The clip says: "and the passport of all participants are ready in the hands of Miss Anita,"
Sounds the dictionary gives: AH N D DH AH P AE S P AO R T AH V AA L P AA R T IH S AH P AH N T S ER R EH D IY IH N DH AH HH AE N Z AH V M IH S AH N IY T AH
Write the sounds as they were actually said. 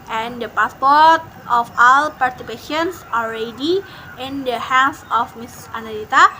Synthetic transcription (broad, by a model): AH N D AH P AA S P AO R T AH F AA L P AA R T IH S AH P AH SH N S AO L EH D IY IH N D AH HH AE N S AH F M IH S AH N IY T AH